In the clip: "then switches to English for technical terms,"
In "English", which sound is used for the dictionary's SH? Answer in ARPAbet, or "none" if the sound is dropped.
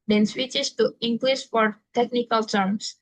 S